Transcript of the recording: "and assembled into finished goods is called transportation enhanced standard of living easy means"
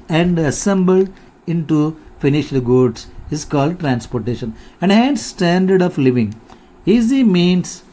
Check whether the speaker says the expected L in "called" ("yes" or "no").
yes